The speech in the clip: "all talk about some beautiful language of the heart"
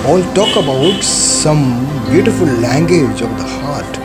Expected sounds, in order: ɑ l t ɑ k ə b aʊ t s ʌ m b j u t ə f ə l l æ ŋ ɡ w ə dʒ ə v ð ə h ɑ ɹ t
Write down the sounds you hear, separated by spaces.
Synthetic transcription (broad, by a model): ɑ l t ɑ k ə b aʊ t s ʌ m b j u t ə f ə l l æ ŋ ɡ w ə dʒ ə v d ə h ɑ ɹ t